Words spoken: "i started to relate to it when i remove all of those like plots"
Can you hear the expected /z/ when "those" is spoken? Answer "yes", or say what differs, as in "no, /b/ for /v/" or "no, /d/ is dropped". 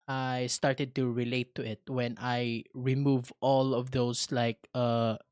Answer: no, /s/ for /z/